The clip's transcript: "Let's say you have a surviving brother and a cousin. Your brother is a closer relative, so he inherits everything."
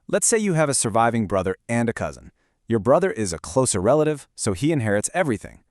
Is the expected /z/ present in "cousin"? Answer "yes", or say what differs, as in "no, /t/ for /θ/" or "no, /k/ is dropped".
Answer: yes